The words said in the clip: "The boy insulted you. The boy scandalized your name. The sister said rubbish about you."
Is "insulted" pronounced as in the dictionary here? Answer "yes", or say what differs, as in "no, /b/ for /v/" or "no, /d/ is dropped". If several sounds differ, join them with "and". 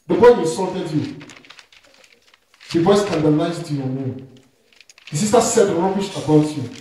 no, /n/ is dropped